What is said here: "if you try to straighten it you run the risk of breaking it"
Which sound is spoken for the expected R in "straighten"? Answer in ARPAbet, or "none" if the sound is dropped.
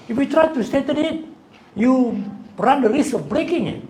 none